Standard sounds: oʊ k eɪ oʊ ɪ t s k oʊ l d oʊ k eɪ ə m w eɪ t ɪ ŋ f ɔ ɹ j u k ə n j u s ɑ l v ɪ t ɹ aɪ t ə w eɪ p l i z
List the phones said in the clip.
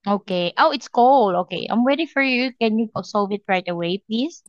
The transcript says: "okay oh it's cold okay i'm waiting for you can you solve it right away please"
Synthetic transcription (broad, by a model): oʊ k eɪ oʊ ɪ t s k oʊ l oʊ k eɪ ə m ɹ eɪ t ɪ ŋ f ɔ ɹ j u k ə n j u s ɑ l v ɪ t ɹ aɪ t ə w eɪ p l i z